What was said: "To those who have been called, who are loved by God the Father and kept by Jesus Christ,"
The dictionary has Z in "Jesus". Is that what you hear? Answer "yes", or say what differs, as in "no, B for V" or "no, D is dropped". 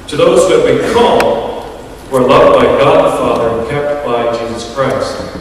yes